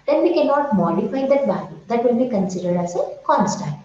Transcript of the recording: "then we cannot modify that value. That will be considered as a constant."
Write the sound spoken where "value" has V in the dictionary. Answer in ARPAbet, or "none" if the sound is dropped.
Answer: B